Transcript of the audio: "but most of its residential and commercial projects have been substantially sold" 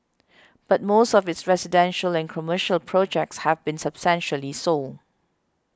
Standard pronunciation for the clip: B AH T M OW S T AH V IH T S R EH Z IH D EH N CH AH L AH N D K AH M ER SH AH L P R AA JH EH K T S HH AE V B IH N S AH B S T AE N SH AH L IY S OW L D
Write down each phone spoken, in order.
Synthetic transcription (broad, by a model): B AH T M OW S T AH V IH T S R EH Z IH D EH N SH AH L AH N K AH M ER SH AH L P R AA JH EH K T S HH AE V B IH N S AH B S T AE N SH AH L IY S OW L